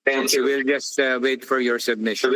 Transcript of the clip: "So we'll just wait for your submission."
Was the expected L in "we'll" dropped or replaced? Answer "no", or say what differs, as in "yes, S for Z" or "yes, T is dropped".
no